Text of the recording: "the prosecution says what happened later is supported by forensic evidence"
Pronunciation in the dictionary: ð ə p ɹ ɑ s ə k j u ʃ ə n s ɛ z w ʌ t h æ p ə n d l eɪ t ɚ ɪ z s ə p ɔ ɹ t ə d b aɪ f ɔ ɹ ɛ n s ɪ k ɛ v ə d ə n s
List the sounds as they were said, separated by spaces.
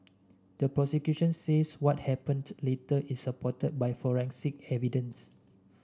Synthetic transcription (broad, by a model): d ə p ɹ ɑ s ə k j u ʃ ə n s ɛ s w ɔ t h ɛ p ə n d l eɪ t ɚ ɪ s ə p ɔ t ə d b aɪ f ɔ ɹ ɛ n s ɪ k ɛ v ə d ə n s